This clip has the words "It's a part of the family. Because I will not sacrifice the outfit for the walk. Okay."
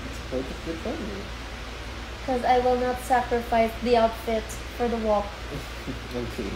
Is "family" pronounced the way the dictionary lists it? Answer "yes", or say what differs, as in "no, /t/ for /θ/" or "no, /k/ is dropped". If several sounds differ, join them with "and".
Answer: no, /l/ is dropped